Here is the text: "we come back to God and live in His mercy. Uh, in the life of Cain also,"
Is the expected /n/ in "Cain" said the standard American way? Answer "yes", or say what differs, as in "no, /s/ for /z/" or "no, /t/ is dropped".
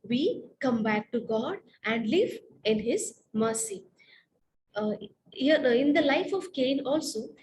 yes